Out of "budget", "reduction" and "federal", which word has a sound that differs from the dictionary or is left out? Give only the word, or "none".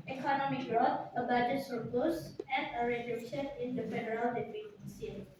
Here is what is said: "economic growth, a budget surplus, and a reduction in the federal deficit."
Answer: reduction